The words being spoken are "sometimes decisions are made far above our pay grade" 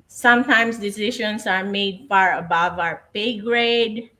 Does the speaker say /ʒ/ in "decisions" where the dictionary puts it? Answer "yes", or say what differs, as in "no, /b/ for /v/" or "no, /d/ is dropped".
no, /ʃ/ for /ʒ/